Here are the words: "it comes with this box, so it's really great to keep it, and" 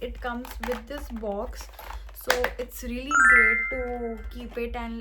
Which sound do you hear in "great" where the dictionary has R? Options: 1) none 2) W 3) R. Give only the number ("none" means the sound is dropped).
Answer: 1